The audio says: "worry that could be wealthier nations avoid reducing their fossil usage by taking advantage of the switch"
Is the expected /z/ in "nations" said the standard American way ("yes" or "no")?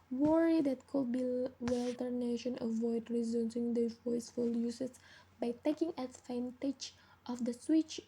no